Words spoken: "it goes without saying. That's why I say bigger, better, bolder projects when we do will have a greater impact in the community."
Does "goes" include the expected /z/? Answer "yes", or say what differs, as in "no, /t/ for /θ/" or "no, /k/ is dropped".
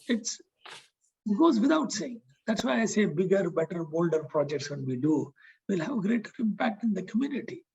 yes